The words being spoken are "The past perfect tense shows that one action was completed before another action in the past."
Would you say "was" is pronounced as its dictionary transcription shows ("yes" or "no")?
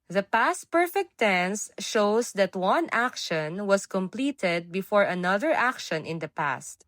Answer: no